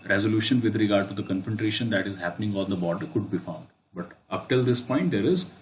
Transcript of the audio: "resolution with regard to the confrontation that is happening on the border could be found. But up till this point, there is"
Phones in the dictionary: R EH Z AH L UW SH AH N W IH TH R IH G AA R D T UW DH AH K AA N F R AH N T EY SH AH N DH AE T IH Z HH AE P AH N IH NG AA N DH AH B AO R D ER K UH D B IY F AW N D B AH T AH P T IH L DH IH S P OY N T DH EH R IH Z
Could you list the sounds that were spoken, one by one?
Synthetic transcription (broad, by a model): R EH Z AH L UW SH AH N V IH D R IH G AA R D T UW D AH K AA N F AH N T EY SH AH N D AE T IH Z HH AE P AH N IH NG AA N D AH B AO R D ER K UH D B IY F AW N D B AH T AH P T IH L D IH S P OY N T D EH R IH Z